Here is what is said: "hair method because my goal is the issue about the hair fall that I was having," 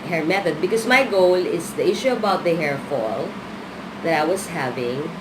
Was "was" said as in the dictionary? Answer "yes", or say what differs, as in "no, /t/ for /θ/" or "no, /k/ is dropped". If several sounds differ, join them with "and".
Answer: no, /s/ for /z/